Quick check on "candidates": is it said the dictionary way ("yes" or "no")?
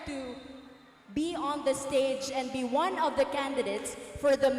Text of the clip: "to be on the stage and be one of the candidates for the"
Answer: yes